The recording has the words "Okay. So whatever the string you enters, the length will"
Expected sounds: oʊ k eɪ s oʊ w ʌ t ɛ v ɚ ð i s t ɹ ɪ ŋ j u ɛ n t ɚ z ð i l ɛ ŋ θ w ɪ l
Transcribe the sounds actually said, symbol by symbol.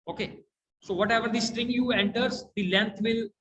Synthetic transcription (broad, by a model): oʊ k eɪ s oʊ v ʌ t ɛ v ɚ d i s t ɹ ɪ ŋ j u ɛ n t ɚ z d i l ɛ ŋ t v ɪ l